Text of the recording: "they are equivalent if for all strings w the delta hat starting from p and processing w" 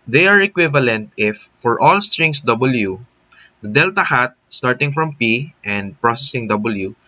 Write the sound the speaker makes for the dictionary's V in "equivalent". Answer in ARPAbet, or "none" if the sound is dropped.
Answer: V